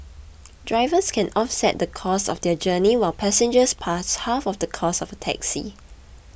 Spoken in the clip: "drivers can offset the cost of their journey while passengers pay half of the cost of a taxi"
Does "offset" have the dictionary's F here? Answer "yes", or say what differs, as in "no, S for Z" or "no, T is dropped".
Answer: yes